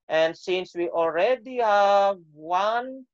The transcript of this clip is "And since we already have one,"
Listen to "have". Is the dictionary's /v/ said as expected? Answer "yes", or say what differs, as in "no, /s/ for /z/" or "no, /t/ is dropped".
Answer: yes